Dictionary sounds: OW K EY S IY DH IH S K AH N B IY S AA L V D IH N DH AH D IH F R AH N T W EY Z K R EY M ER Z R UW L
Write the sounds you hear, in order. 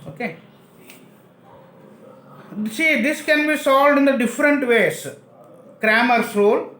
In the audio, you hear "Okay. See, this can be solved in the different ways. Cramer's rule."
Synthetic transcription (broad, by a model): OW K EY S IY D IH S K AH N B IY S AA L V D IH N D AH D IH F R AH N T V EY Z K R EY M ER S R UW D